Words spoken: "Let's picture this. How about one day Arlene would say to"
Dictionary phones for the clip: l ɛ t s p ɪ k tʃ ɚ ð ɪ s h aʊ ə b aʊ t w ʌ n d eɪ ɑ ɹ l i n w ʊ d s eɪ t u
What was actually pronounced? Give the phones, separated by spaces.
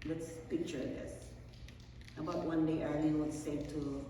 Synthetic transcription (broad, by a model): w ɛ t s p ɪ k tʃ ɚ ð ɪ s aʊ ə b aʊ t w ʌ n d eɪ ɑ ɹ n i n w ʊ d s eɪ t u